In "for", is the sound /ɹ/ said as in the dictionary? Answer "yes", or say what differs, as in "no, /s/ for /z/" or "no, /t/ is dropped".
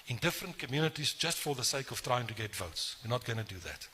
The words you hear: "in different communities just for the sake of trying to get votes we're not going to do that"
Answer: yes